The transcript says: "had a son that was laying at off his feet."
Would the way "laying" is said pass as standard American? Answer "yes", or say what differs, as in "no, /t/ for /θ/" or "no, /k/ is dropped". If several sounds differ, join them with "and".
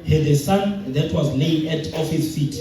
no, /n/ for /l/